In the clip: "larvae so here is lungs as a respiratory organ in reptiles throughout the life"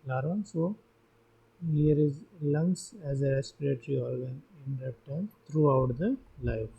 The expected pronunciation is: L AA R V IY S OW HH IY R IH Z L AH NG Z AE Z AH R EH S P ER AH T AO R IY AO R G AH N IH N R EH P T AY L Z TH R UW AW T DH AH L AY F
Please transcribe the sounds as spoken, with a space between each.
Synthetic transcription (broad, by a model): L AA R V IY S OW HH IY R IH Z L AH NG S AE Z AH R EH S P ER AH T R IY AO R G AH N IH N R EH T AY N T R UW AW T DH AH L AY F